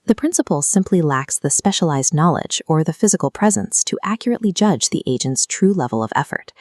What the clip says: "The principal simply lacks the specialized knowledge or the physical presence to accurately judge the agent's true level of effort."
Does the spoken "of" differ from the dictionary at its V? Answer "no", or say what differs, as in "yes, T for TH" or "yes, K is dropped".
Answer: no